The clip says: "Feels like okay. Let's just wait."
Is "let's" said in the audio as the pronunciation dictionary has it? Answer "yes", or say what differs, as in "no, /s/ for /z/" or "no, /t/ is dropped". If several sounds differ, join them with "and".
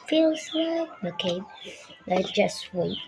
no, /s/ is dropped